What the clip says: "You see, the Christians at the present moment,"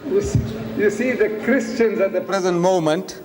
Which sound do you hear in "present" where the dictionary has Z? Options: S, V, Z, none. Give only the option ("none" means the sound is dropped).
Z